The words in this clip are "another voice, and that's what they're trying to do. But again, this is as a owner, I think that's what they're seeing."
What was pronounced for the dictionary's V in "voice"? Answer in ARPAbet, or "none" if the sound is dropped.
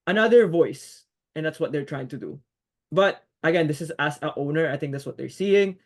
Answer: V